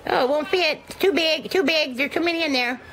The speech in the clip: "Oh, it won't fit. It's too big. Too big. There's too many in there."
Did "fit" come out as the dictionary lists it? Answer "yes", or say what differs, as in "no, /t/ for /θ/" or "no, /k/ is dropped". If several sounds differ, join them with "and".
no, /t/ is dropped